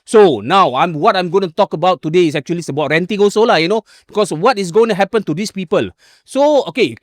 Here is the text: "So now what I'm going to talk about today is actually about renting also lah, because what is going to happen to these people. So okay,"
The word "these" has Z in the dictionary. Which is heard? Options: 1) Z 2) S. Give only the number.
2